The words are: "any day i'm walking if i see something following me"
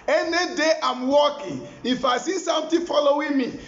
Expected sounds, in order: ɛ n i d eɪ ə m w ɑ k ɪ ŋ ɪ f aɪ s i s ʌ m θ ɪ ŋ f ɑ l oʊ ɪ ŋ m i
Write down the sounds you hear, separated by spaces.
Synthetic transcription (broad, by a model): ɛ n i d eɪ ə m w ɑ k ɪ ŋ ɪ f aɪ s i s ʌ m t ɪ f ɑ l oʊ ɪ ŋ m i